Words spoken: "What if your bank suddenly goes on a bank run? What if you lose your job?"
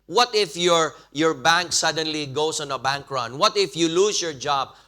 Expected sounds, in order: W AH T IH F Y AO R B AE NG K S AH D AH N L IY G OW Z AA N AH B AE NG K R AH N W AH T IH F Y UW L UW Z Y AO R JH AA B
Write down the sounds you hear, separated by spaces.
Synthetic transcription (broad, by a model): W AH T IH F Y AO R B AE NG K S AH D AH N L IY G OW S AA N AH B AE NG K R AH N W AH T IH F Y UW L UW S Y AO R JH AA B